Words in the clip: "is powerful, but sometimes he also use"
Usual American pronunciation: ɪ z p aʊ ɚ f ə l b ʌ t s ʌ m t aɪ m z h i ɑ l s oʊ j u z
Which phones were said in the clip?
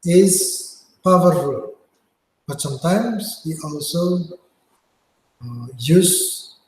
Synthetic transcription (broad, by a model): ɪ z p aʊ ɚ ə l b ʌ t s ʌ m t aɪ m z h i ɑ l s oʊ j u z